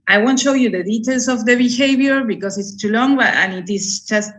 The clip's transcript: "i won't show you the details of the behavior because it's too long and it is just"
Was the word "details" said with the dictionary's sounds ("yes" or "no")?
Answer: no